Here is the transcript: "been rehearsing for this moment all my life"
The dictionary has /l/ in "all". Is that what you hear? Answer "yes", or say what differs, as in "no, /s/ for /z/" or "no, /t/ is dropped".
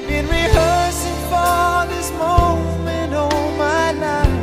no, /n/ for /l/